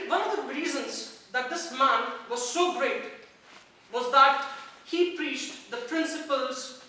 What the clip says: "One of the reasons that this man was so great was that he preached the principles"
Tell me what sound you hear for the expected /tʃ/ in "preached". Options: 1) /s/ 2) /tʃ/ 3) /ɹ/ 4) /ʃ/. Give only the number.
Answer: 2